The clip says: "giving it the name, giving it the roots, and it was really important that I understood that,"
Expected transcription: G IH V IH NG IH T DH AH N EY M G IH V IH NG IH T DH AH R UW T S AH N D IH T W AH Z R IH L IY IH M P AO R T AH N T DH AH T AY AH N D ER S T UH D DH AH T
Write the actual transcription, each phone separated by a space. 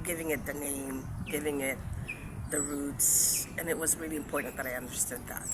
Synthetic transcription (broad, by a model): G IH V IH NG IH T DH AH N EY M G IH V IH NG IH T DH AH R UW T S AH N IH T W AH Z R IH L IY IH M P AO R T N DH AH T AY AH N D ER S T UH D DH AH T